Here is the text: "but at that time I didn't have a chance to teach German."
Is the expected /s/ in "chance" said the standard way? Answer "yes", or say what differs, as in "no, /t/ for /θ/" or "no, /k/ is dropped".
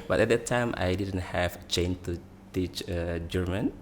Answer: no, /s/ is dropped